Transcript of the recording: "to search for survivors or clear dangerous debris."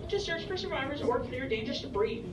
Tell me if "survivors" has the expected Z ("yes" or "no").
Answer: yes